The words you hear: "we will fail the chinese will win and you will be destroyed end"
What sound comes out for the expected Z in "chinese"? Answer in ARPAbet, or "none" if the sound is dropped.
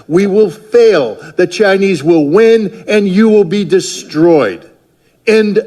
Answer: Z